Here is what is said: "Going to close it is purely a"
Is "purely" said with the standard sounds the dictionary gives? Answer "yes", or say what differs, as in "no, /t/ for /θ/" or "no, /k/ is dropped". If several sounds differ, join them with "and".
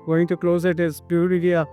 no, /l/ is dropped